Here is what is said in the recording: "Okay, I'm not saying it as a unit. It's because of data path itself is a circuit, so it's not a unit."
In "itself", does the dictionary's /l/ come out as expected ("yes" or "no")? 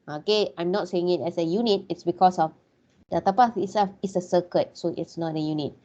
no